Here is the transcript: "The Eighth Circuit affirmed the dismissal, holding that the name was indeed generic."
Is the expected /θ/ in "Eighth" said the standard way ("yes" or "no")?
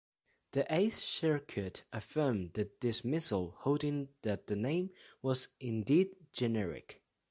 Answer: yes